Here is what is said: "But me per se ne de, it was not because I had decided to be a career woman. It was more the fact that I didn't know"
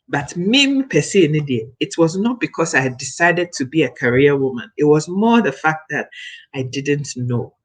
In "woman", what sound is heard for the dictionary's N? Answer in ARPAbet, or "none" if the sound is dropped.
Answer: N